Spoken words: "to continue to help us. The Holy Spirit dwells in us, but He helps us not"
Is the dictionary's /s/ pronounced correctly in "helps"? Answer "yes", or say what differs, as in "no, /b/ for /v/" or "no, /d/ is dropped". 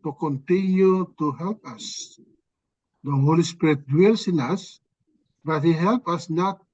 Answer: no, /s/ is dropped